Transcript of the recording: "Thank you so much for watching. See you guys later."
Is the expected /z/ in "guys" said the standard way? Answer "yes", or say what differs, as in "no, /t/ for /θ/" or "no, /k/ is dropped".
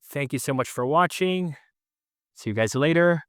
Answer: yes